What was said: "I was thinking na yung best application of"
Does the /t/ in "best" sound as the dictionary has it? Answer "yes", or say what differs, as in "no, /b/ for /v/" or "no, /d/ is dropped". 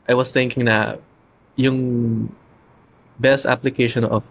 yes